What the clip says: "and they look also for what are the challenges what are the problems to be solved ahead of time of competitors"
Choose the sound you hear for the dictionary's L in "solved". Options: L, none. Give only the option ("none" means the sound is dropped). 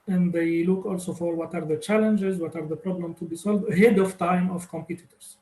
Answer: L